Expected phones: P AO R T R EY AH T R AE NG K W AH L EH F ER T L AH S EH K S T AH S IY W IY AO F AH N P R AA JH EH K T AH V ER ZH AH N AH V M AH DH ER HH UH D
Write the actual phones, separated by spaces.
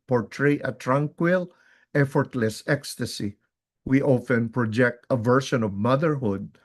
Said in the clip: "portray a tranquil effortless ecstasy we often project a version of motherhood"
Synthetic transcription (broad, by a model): P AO R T R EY AH T R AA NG K W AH L EH F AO T L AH S EH K S T AH S IY W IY AO F AH N P R AA JH EH K T AH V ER SH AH N AH V M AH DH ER HH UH D